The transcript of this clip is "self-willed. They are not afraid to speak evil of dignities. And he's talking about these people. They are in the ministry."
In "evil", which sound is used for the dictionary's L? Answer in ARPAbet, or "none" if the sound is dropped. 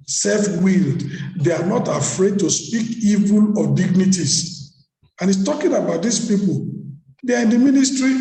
L